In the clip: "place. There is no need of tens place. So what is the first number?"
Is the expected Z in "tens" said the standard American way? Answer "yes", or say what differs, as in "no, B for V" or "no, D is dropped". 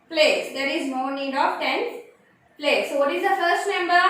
no, Z is dropped